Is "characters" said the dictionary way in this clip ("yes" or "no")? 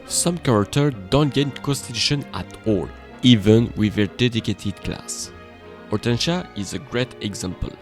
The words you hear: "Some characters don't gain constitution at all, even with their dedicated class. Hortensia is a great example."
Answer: no